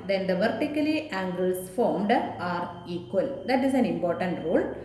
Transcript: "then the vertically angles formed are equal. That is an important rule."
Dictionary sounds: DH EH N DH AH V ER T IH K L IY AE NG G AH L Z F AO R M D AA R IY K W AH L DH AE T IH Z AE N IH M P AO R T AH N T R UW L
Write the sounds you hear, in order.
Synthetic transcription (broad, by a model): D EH N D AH V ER T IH K L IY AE NG G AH L S F AO R M D AA R IY K W AH L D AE T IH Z AE N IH M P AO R T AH N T R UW L